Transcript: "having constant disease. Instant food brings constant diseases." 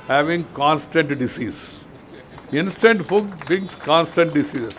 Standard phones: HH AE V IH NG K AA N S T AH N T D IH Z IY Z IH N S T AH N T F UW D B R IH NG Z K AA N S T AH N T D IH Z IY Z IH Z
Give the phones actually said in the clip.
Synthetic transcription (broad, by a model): HH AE V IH NG K AA N S T AH N T D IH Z IY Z IH N S T AH N T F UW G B IH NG S K AA N S T AH N T D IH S IY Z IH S